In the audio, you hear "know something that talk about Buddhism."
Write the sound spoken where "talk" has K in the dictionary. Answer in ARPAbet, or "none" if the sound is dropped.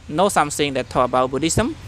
none